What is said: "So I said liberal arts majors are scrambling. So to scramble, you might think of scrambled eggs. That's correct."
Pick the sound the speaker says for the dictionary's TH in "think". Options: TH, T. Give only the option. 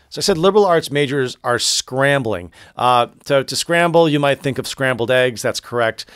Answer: TH